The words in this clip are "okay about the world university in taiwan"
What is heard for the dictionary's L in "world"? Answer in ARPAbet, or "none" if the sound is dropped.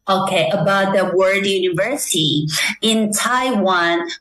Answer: none